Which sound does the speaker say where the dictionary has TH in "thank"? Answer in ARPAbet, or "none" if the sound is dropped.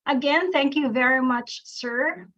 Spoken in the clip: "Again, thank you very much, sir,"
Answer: TH